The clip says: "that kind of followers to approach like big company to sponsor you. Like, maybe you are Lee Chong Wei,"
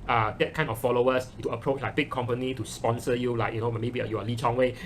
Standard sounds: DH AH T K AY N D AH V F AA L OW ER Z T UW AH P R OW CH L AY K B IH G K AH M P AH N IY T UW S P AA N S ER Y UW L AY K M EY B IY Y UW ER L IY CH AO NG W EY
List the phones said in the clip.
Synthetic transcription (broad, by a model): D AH T K AY N AH F AA L OW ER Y T UW AH P R OW CH L AY K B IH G K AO M P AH N IY T UW S P AA N S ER Y UW L AY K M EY B IY Y UW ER L IY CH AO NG W EY